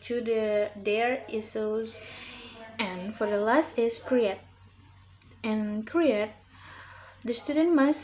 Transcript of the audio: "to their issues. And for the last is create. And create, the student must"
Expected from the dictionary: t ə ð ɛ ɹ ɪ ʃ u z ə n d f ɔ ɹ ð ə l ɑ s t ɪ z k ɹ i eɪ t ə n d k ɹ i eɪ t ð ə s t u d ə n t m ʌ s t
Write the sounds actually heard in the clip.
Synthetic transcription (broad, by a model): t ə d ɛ ɹ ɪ s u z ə n f ɔ ɹ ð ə l ɑ s t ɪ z k ɹ i eɪ t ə n k ɹ i eɪ t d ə s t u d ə n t m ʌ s